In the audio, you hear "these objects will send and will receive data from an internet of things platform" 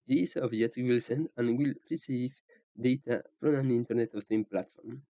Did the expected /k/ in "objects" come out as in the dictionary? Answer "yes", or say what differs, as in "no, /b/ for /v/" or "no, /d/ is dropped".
no, /k/ is dropped